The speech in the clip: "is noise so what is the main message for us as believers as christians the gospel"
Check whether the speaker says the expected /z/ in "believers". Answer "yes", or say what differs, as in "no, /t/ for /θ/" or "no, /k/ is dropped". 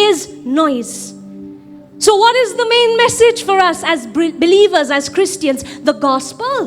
yes